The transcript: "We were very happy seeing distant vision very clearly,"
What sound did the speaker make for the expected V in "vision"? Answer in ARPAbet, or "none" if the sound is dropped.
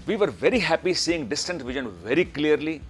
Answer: V